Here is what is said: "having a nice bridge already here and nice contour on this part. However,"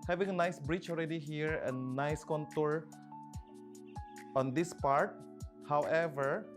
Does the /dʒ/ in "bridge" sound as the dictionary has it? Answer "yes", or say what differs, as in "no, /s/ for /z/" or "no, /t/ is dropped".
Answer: no, /tʃ/ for /dʒ/